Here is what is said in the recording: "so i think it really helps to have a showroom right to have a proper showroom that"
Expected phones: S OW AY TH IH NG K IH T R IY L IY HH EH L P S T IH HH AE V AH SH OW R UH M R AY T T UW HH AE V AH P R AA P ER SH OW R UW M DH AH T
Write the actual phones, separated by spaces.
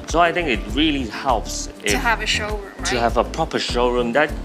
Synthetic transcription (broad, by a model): S OW AY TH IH NG K IH T R IY L IY HH EH L P S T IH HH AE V AH SH OW UH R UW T T UW HH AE V AH P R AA P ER SH OW R UW M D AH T